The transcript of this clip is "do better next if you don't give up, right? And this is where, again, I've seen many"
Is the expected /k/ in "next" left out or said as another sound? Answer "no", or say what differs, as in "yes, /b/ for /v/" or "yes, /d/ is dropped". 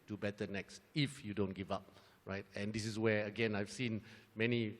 no